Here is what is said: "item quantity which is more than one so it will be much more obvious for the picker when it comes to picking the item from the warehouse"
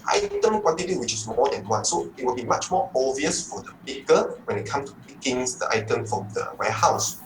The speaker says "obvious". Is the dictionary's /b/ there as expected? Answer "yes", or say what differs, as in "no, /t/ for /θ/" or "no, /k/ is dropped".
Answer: no, /b/ is dropped